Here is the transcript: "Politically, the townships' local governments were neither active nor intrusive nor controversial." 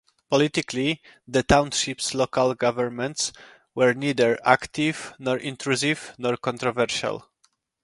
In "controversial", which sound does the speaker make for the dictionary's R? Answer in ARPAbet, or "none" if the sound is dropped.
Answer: R